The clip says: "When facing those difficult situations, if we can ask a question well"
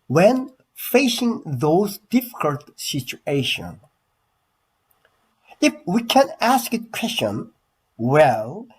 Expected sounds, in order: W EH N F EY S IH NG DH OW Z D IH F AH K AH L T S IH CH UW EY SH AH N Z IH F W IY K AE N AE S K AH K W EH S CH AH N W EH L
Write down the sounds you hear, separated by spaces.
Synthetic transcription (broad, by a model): W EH N F EY S IH NG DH OW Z D IH F AH K AH L T S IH CH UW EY SH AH N IH F W IY K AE N AE S K AH K W EH S CH AH N W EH L